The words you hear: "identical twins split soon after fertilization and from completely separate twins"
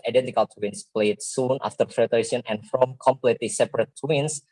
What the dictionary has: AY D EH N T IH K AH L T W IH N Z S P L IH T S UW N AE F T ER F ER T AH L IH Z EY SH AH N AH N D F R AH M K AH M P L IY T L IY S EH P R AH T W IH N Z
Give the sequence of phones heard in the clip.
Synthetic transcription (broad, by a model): AY D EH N T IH K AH L T W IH N S P L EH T S UW N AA F T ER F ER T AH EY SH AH N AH N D F R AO M K AH M P L IY T L IY S EH P R AH T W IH N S